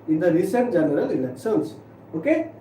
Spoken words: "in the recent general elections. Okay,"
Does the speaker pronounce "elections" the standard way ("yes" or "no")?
no